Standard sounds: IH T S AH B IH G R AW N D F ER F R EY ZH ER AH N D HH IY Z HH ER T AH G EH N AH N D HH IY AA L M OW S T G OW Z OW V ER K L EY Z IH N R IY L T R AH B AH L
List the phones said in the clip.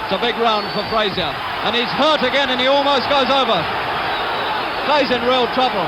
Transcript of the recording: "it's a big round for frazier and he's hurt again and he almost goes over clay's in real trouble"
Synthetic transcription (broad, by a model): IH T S AH B IH G R AW N D F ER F R EY Z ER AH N IY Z HH ER T AH G EH N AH N IY AA L M OW S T G OW Z OW V ER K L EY Z IH N R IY L T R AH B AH L